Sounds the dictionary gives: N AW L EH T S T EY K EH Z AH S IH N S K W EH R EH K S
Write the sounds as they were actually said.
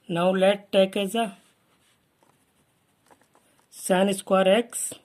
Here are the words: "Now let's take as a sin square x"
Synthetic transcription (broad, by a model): N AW L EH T T EY K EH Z AH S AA N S K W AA R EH K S